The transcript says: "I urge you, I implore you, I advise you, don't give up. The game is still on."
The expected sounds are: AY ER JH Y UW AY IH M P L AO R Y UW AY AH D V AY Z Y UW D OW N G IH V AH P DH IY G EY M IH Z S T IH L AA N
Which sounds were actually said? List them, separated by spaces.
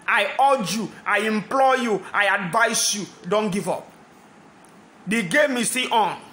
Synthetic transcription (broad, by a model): AY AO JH Y UW AY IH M P L AO Y UW AY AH D V AY S Y UW D OW N G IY V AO P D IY G EY M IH S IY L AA N